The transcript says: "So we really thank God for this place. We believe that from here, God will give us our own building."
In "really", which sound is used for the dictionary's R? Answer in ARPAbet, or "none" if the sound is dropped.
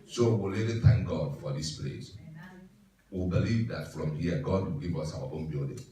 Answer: L